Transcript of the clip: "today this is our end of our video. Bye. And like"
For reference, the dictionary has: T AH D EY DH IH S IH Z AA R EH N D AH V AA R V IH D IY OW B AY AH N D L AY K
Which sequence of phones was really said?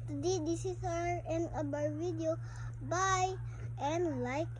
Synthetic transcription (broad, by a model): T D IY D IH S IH S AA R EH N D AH B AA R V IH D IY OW B AY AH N L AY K